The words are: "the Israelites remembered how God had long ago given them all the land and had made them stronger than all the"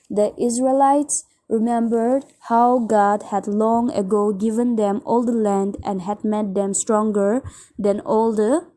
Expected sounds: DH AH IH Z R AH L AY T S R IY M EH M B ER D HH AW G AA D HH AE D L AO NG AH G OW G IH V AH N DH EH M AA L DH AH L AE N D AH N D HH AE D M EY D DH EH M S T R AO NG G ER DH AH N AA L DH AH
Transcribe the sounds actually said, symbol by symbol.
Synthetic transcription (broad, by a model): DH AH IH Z R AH L AY T S R IY M EH M B ER D HH AW G AA D HH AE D L AO NG AH G OW G IH V AH N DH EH M AA L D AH L AE N D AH N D HH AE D M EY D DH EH M S T R AO NG G ER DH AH N AA L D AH